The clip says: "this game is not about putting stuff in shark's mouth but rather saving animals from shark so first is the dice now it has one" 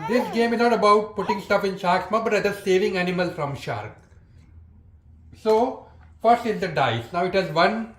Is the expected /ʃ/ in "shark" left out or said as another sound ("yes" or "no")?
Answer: no